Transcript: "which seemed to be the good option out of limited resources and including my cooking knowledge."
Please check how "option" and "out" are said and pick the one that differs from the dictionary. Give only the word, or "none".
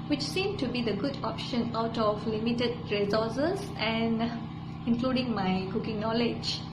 none